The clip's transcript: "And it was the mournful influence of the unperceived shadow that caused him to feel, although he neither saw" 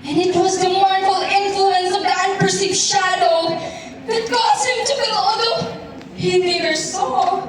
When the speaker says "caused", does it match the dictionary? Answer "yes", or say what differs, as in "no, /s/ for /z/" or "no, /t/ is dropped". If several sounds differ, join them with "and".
no, /d/ is dropped